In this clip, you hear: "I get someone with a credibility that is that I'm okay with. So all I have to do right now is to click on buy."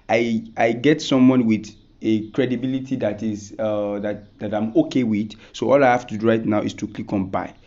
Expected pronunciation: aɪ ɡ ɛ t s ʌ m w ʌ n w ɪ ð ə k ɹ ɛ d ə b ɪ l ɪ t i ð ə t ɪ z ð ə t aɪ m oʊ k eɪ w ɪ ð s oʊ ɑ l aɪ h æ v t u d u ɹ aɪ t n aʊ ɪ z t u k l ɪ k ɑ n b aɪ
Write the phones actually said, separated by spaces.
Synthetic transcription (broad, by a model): aɪ ɡ ɛ t s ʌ m w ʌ n w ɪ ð ə k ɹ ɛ d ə b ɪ l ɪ t i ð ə t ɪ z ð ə t aɪ m oʊ k eɪ w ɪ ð s oʊ ɑ l aɪ h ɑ f t u d u ɹ aɪ t n aʊ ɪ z t u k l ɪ k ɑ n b aɪ